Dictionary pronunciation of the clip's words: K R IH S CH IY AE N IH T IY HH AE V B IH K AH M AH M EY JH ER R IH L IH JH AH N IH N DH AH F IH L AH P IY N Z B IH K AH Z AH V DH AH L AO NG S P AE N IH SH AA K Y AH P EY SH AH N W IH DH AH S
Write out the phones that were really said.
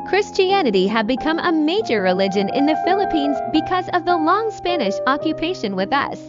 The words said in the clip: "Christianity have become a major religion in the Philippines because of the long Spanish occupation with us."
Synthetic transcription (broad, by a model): K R IH S CH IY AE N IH T IY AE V B IH K AH M AH M EY JH ER R IH L IH JH AH N IH N DH AH F IH L AH P IY N Z B IH K AH Z AH V DH AH L AO NG S P AE N IH SH AA K Y AH P EY SH AH N W IH DH AH S